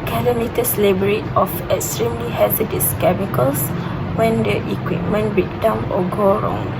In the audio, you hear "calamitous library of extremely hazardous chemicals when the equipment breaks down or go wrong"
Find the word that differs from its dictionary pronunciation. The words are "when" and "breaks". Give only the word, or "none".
breaks